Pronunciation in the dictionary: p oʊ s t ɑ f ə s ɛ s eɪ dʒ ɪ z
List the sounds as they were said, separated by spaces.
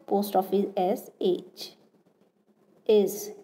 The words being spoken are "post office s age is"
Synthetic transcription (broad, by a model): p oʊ s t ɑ f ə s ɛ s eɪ tʃ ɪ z